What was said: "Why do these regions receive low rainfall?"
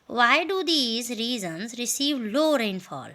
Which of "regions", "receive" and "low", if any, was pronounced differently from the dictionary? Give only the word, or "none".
regions